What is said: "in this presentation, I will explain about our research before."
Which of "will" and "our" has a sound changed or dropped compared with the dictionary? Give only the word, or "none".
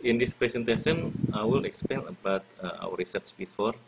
our